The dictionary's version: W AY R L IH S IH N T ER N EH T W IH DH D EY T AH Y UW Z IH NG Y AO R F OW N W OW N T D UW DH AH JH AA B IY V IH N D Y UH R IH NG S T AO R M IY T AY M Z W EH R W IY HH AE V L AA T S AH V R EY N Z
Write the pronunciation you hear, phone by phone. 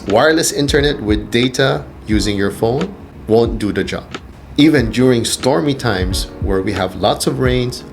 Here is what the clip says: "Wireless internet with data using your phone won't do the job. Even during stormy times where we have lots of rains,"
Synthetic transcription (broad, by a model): W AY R L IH S IH N T ER N EH T W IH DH D EY T AH Y UW Z IH NG Y AO R F OW N W OW N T D UW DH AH JH AA B IY V IH N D Y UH R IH NG S T AO R M IY T AY M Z W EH R W IY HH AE V L AA T S AH V R EY N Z